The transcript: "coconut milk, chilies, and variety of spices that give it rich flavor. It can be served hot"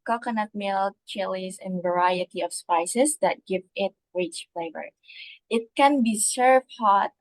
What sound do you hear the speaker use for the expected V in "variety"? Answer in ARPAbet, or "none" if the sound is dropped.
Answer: V